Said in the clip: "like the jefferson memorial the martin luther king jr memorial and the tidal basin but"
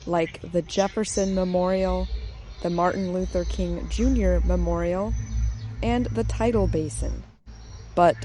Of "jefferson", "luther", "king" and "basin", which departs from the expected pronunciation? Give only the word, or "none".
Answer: none